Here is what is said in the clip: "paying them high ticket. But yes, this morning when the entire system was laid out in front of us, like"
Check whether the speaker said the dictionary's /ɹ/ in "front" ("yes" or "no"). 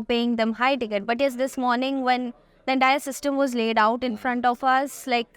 yes